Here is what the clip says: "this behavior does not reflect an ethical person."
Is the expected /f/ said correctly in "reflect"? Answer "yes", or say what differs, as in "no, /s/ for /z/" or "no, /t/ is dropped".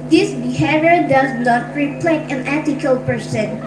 no, /p/ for /f/